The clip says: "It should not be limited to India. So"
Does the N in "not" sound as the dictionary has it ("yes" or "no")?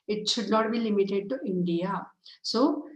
no